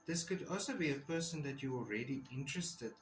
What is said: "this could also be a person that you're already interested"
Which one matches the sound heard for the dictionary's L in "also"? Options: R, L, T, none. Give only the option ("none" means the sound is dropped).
L